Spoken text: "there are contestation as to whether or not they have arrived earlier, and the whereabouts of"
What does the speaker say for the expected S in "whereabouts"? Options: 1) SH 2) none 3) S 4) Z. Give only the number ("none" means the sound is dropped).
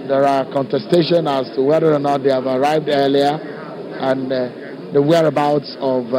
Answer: 3